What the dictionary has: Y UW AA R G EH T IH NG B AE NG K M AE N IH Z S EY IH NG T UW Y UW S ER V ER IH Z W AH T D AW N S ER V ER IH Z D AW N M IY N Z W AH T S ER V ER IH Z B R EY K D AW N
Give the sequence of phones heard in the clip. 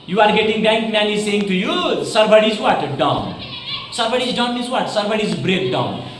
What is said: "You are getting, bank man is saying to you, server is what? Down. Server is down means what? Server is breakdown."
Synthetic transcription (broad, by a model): Y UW AA R G EH T IH NG B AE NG K M AE N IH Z S EY IH NG T UW Y UW S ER B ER IH Z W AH T D AW N S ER B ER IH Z D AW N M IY Z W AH T S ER B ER IH Z B R EY K D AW N